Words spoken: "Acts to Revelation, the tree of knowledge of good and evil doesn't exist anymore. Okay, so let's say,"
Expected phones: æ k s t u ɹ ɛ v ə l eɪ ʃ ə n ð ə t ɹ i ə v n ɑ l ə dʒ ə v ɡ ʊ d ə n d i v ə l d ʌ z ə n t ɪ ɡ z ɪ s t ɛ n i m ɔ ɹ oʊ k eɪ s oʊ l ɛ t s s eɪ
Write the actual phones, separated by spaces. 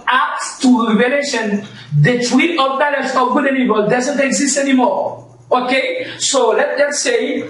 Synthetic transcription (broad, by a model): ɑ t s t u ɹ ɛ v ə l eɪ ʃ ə n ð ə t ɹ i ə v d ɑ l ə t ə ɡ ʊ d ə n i b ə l d ʌ z ə n t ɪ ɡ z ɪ s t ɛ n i m ɔ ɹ oʊ k eɪ s oʊ l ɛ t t s eɪ